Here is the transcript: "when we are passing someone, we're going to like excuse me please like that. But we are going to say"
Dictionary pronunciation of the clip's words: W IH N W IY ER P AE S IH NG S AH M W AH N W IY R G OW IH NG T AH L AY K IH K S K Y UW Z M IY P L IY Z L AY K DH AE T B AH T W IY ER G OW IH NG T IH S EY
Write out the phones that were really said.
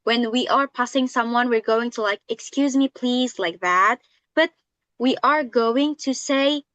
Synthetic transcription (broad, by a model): W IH N W IY ER P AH S IH NG S AH M W AH N W IY R G OW IH NG T AH L AY K IH K S K Y UW Z M IY P L IY Z L AY K DH AE T B AH T W IY ER G OW IH NG T IH S EY